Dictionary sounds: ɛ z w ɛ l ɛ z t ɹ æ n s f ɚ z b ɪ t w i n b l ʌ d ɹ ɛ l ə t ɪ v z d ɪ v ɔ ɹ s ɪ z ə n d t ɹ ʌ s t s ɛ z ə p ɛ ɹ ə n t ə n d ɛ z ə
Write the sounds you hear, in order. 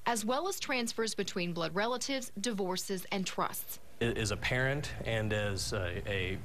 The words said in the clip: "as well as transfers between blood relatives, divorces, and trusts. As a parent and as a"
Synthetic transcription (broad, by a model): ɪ z w ɛ l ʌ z t ɹ æ n s f ɚ z b ɪ t w i n b l ʌ d ɹ ɛ l ə t ɪ v z d ɪ v ɔ ɹ s ɪ z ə n t ɹ ʌ s t s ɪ z ə p ɛ ɹ ə n t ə n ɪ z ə